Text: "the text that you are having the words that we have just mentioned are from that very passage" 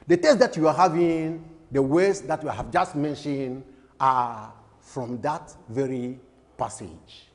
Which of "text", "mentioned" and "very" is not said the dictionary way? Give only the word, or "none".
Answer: text